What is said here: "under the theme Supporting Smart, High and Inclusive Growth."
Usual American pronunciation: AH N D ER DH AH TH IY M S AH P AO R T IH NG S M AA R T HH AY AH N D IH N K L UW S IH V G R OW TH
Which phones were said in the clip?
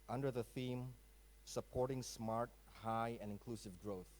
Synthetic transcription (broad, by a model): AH N D ER DH AH TH IY M S AH P AO R T IH NG S M AA R T HH AY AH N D IH N K L UW S IH V G R OW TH